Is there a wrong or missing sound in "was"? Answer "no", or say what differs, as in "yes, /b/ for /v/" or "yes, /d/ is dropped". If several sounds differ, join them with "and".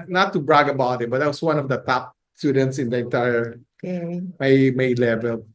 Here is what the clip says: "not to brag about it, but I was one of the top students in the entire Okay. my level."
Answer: yes, /s/ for /z/